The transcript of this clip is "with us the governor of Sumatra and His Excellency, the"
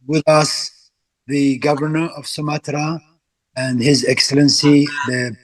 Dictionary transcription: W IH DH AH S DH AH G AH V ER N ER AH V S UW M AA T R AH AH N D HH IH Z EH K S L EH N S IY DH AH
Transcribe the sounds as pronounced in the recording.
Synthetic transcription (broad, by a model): W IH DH AH S DH AH G AH V ER N ER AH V S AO M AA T R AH AH N D HH IH Z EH K S L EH N S IY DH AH